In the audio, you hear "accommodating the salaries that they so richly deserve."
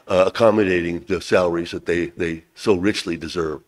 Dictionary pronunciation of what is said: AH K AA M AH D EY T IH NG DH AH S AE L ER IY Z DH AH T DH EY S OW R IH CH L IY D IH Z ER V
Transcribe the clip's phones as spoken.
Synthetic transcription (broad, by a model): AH K AA M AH D EY T IH NG DH AH S AE L ER IY Z DH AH T DH EY S OW R IH CH L IY D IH Z ER V